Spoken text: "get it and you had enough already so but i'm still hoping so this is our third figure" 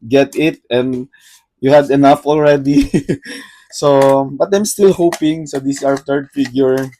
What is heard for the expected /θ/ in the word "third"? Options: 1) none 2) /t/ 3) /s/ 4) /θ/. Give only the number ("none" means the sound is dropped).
2